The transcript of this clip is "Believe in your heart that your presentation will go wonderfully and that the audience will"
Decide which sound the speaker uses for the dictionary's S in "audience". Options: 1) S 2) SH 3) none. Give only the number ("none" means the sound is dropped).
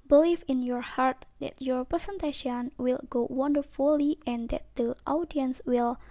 1